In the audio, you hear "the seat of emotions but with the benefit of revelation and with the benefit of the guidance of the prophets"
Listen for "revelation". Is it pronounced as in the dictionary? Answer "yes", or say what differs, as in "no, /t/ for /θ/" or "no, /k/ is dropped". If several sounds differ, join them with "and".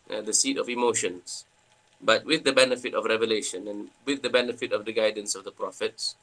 yes